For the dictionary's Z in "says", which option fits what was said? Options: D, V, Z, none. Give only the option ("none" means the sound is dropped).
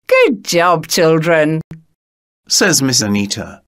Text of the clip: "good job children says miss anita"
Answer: Z